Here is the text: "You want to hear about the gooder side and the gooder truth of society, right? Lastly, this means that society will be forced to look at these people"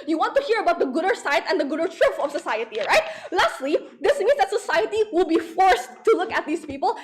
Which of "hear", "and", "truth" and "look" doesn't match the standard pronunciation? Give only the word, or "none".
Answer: truth